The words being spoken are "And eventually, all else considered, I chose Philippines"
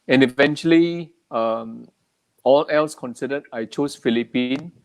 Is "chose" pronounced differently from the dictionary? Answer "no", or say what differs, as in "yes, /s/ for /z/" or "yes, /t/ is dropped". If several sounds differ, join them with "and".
yes, /s/ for /z/